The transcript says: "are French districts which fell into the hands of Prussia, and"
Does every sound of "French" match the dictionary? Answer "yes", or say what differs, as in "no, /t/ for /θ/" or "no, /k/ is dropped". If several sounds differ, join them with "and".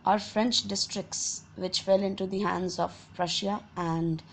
yes